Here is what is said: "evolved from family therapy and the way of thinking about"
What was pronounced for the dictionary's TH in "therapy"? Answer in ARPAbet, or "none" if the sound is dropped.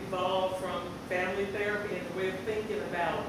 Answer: TH